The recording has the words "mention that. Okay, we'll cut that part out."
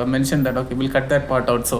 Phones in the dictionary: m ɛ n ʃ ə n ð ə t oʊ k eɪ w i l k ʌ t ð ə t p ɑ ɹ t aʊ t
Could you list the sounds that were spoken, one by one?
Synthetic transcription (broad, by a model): m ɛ n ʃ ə n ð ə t oʊ k eɪ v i l k ʌ t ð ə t p ɑ ɹ t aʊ t